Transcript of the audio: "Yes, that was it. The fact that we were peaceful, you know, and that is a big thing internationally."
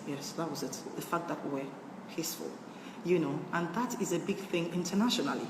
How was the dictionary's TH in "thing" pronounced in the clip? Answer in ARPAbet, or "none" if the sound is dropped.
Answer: TH